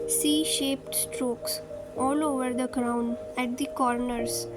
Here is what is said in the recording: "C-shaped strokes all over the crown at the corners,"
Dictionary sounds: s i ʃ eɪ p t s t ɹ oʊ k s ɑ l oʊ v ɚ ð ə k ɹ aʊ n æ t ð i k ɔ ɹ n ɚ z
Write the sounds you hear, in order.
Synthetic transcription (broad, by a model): s i ʃ eɪ p t s t ɹ oʊ k s ɑ l oʊ v ɚ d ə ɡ ɹ aʊ n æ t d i k ɔ ɹ n ɚ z